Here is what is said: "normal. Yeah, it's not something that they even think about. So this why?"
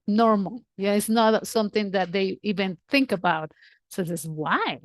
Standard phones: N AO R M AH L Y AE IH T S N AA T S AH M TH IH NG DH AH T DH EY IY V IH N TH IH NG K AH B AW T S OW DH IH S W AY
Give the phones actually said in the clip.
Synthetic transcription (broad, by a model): N AO R M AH L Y IH T S N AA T S AH M TH IH NG DH AH T DH EY IY V IH N TH IH NG K AH B AW T S OW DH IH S W AY